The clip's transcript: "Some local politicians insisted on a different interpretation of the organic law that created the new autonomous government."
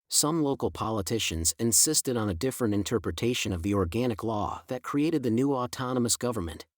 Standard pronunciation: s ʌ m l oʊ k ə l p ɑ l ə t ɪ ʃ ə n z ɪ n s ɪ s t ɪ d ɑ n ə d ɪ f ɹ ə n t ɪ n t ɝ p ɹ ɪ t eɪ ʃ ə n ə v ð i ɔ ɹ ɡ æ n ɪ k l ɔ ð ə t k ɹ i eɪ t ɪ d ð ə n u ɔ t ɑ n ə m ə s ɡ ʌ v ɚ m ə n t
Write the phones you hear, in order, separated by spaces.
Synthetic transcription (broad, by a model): s ʌ m l oʊ k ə l p ɑ l ə t ɪ ʃ ə n z ɪ n s ɪ s t ɪ d n ə d ɪ f ɹ ə n t ɪ n t ɝ p ɹ ɪ t eɪ ʃ ə n ə v ð i ɔ ɹ ɡ æ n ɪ k l ɔ ð ə t k ɹ i eɪ t ɪ d ð ə n u ɔ t ɑ n ə m ə s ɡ ʌ v ɚ m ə n t